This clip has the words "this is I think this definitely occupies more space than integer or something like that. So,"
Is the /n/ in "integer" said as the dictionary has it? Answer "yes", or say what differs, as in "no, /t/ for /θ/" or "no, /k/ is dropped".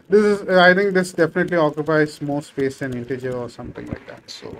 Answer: yes